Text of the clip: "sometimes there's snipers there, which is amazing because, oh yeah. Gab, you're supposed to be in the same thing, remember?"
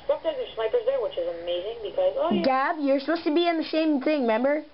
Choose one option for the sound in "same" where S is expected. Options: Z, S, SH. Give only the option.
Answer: SH